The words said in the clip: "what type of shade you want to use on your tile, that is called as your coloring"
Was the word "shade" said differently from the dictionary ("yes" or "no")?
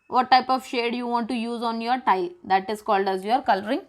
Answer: no